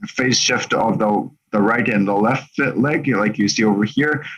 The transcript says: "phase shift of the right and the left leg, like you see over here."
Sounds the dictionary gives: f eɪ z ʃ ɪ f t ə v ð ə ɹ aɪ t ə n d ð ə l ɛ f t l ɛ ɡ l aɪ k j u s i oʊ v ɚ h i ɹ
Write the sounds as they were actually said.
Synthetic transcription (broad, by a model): f eɪ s ʃ ɪ f t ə v ð ə ɹ aɪ t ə n ð ə l ɛ f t l ɛ ɡ l aɪ k j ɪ s i oʊ v ɚ h i ɹ